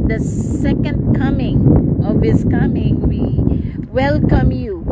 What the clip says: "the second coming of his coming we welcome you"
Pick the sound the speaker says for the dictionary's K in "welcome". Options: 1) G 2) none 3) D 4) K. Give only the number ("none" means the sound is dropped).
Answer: 4